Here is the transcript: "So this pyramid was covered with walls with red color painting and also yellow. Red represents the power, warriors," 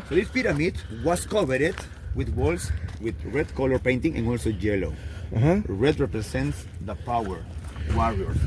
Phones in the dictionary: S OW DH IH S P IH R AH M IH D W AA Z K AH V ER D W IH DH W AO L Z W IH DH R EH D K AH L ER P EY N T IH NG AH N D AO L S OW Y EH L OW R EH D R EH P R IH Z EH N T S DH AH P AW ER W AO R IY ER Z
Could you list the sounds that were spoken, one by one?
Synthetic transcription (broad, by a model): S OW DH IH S P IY R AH M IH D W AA S K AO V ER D W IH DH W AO L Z W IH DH R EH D K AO L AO P EY N T IH NG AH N AO L S OW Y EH L OW R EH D R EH P R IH S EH N T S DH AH P AW ER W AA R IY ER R